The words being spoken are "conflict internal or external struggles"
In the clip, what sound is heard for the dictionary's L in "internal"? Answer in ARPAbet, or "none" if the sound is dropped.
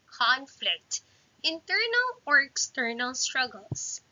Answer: L